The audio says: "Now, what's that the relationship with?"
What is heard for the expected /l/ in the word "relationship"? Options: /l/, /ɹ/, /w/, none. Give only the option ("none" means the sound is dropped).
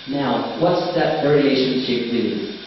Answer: none